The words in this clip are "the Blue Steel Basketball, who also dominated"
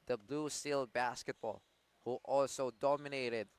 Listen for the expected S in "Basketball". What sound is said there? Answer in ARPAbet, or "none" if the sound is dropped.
S